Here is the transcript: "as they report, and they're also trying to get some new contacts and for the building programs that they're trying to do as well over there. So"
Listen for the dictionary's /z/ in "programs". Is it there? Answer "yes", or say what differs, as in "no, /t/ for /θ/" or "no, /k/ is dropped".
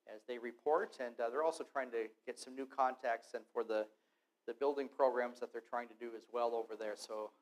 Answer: yes